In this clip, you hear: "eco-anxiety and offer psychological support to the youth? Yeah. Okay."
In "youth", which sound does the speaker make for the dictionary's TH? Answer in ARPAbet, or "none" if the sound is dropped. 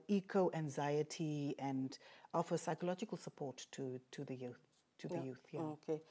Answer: TH